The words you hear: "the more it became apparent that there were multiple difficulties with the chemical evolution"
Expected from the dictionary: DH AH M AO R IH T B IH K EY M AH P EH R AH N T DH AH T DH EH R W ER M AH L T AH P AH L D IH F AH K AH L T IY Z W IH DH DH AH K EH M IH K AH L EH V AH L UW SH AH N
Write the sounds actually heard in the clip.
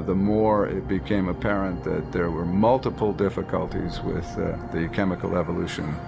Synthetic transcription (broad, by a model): DH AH M AO R IH T B IH K EY M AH P EH R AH N DH AH T DH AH R W ER M AH L T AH P L D IH F AH K AH L T IY Z W IH DH DH AH K EH M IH K L EH V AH L UW SH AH N